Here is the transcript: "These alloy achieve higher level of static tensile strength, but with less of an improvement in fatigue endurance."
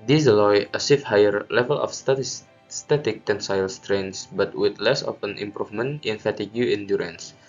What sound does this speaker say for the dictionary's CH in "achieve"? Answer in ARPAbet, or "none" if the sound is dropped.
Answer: S